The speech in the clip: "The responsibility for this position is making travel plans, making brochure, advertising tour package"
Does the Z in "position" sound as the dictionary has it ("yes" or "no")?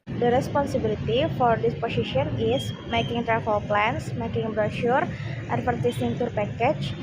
no